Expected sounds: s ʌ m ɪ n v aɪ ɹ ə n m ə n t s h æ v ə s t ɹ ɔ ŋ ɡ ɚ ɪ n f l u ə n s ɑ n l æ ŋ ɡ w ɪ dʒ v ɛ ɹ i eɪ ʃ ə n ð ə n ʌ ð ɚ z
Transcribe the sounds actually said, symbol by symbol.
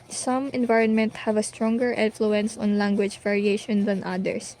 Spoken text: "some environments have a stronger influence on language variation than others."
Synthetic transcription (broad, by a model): s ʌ m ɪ n v aɪ ɹ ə n m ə n t h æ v ə s t ɹ ɔ ŋ ɡ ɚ ɪ n f l u ə n s ɑ n l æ ŋ ɡ w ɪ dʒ v ɛ ɹ i eɪ ʃ ə n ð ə n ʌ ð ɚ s